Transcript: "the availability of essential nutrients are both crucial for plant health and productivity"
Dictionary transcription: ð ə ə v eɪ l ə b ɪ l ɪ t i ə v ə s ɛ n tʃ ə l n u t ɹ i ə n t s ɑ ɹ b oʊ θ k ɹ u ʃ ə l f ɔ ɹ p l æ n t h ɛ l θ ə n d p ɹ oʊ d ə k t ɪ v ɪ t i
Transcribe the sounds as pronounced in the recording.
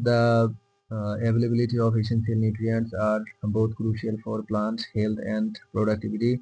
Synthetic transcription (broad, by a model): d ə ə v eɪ l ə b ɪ l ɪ t i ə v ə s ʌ n s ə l n u t ɹ i ə n t s ɑ ɹ b oʊ t k ɹ u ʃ ə l f ɔ ɹ p l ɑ n t h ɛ l t ə n d p ɹ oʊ d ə k t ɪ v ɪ t i